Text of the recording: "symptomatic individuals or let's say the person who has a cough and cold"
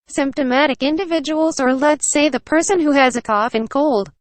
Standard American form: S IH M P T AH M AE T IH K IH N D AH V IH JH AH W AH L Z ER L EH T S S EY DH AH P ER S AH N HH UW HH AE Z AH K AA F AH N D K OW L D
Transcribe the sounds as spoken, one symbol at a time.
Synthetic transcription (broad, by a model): S IH M P T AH M AE T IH K IH N D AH V IH JH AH W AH L Z ER L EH T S S EY DH AH P ER S AH N HH UW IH Z AH K AA F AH N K OW L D